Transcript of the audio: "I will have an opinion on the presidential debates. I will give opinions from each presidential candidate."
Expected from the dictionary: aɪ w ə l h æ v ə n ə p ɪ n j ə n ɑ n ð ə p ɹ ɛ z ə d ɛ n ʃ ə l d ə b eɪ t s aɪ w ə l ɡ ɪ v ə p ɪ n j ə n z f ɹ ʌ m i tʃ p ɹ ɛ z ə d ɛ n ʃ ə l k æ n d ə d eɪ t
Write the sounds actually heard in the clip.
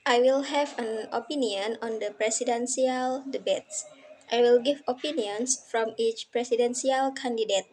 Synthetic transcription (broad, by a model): aɪ w ə l h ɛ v ə n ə p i n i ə n ɑ n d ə p ɹ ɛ s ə d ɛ n s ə l d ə b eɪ t s aɪ w ə l ɡ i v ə p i n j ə n s f ɹ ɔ m i tʃ p ɹ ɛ s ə d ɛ n s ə l k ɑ n d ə d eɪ t